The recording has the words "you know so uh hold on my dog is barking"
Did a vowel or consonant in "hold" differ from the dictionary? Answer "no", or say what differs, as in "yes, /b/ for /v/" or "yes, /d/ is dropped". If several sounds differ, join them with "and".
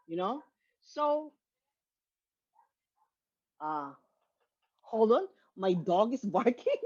yes, /d/ is dropped